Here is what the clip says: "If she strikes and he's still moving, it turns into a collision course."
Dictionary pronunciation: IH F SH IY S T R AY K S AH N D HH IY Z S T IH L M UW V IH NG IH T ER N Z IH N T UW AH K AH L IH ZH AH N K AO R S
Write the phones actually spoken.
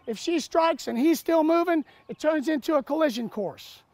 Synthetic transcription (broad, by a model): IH F SH IY S T R AY K S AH N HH IY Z S T IH L M UW V IH NG IH T ER N Z IH N T UW AH K AH L IH ZH AH N K AO R S